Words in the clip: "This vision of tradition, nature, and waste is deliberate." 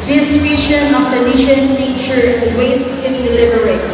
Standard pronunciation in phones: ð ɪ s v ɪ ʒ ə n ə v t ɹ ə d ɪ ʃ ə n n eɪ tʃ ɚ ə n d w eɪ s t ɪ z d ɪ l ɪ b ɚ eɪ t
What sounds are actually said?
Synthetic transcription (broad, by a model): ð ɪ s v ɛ ʃ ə n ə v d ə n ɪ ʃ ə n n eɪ tʃ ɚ ə n d w eɪ s t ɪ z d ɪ l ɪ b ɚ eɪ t